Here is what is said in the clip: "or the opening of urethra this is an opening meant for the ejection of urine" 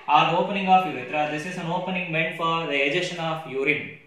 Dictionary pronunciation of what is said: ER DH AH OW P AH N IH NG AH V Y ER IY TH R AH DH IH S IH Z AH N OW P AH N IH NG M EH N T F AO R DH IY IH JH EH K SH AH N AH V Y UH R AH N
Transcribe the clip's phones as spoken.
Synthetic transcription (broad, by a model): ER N OW P AH N IH NG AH F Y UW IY T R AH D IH S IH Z AH N OW P AH N IH NG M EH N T F AO R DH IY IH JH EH SH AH N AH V Y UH R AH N